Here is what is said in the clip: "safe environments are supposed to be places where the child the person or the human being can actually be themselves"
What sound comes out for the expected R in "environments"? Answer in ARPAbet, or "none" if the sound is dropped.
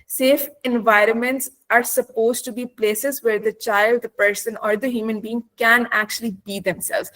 R